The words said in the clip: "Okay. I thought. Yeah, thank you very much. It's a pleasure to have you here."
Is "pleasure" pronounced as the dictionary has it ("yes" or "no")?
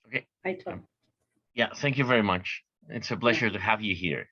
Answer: no